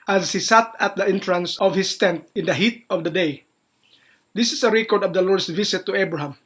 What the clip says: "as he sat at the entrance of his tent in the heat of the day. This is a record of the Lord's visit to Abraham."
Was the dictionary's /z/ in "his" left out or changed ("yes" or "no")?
yes